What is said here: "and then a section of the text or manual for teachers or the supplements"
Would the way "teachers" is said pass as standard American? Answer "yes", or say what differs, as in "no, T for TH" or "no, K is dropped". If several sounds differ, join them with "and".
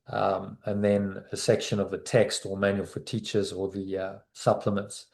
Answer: yes